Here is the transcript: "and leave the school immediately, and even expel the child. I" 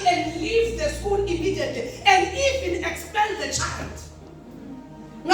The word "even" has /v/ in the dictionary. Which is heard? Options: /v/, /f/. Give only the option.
/f/